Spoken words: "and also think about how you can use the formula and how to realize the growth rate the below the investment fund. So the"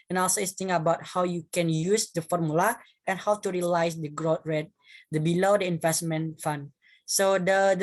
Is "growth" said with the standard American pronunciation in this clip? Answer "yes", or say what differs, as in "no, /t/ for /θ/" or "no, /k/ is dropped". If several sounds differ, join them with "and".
no, /t/ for /θ/